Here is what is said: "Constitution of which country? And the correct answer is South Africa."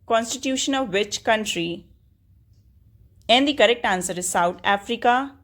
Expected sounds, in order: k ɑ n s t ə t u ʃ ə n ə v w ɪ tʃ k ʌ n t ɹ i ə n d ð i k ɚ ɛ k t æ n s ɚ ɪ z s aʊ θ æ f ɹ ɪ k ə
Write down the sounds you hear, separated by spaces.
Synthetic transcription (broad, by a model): k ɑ n s t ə t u ʃ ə n ə v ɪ tʃ k ʌ n t ɹ i ə n d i k ɚ ɛ k t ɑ n s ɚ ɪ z s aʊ t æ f ɹ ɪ k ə